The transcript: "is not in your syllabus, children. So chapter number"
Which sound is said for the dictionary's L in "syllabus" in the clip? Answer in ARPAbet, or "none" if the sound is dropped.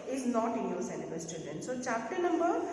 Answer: N